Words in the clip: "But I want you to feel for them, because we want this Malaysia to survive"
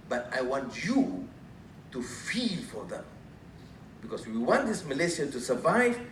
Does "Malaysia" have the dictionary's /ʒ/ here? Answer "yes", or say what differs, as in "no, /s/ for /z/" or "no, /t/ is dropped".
no, /s/ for /ʒ/